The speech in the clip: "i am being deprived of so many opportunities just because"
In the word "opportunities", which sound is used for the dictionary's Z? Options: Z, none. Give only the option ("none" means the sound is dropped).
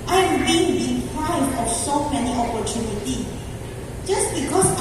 none